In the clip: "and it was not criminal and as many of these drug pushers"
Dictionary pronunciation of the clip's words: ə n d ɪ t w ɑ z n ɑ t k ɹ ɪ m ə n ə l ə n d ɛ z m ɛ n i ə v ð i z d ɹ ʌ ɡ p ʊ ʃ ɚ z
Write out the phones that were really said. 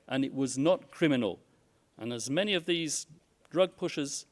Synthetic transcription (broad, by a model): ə n ɪ t w ɑ z n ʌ t k ɹ ɪ m ə n ə l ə n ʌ z m ɛ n i ə v ð i z d ɹ ʌ ɡ p ʊ ʃ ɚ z